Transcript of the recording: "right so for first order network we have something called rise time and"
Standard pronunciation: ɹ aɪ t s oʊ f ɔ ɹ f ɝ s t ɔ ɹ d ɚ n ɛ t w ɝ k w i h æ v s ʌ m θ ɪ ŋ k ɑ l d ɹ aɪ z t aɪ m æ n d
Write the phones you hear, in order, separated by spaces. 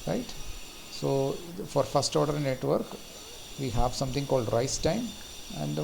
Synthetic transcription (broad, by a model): ɹ aɪ t s oʊ f ɔ ɹ f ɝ s t ɔ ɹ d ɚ n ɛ t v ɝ k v i h æ v s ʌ m t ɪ ŋ k ɑ l d ɹ aɪ s t aɪ m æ n d